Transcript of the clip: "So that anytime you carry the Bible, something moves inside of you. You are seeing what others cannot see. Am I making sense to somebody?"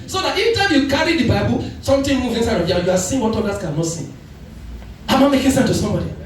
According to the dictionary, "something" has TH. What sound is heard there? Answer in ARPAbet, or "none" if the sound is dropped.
T